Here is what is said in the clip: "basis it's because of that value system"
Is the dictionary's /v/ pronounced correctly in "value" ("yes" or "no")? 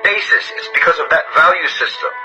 yes